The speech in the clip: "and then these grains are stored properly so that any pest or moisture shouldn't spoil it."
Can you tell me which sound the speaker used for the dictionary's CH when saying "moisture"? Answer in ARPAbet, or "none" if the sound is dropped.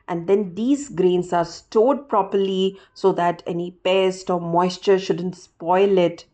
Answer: CH